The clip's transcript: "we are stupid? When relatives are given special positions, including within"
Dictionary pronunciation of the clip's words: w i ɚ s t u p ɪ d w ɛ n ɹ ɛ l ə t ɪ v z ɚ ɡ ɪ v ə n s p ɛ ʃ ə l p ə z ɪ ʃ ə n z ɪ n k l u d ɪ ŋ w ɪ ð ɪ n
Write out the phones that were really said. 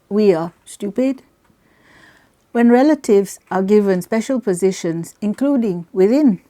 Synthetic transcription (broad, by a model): w i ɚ s t u p ɪ d w ɛ n ɹ ɛ l ə t ɪ v z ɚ ɡ ɪ v ə n s p ɛ ʃ ə l p ə z ɪ ʃ ə n z ɪ n k l u d ɪ ŋ w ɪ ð ɪ n